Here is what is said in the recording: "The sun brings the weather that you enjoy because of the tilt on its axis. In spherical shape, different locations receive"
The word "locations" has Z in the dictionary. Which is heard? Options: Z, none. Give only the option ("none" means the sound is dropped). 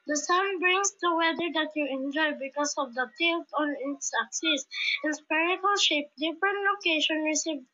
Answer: none